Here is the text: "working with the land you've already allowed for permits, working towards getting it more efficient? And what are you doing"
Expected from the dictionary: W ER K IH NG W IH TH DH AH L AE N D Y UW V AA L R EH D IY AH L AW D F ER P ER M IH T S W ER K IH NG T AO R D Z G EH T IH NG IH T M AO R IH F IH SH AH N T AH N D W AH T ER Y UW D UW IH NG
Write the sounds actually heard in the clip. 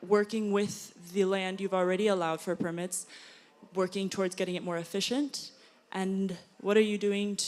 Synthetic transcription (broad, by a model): W ER K IH NG W IH DH AH L AE N D Y UW V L R EH D IY AH L AW D F ER P ER M IH T S W ER K IH NG T AO R D Z G EH T IH NG IH T M AO R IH F IH SH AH N T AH N W AH T ER Y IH D UW IH NG